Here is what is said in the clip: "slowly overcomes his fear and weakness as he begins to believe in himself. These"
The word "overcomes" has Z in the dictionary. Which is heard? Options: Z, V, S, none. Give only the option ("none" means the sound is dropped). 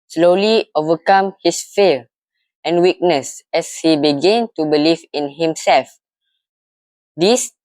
none